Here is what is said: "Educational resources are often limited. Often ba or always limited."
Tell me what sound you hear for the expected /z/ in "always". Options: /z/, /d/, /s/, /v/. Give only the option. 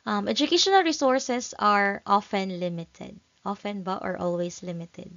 /s/